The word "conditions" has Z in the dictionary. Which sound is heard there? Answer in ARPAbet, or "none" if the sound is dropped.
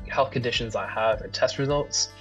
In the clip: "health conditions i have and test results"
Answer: Z